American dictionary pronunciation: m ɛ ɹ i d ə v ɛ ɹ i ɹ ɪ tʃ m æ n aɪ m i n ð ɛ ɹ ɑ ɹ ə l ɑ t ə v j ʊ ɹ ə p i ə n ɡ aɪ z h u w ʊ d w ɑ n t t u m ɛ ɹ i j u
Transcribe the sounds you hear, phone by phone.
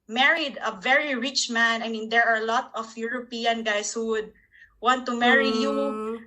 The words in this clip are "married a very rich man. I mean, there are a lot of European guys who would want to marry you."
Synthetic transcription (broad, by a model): m ɛ ɹ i d ə v ɛ ɹ i ɹ ɪ tʃ m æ n aɪ m i n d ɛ ɹ ɑ ɹ l ɑ t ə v j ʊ ɹ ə p i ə n ɡ aɪ s h u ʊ d w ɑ n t t u m ɛ ɹ i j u